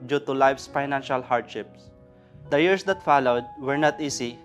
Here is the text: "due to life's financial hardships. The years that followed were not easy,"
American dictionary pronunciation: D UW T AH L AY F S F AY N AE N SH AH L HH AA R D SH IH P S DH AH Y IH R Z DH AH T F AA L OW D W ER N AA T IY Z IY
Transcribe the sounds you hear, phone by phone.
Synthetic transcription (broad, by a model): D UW T AH L AY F S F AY N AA N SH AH L HH AA R D SH IH P S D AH Y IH R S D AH T F AA L OW D W ER N AA T IY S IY